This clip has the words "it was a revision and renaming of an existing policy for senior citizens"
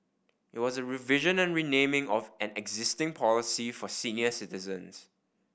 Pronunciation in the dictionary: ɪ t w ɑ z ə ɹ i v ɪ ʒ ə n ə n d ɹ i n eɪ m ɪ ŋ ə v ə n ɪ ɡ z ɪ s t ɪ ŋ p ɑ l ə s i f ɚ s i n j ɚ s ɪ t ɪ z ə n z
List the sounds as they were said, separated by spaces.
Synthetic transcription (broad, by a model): ɪ t w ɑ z ə ɹ i v ɪ ʒ ə n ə n ɹ i n eɪ m ɪ ŋ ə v ə n ɪ ɡ z ɪ s t ɪ ŋ p ɑ l ə s i f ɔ s i n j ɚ s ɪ t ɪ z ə n s